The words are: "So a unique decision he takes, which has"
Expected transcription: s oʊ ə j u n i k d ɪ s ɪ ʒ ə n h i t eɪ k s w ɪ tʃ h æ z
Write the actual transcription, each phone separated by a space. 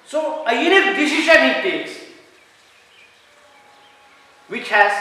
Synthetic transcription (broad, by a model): s oʊ ə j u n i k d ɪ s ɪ ʃ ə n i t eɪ s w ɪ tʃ h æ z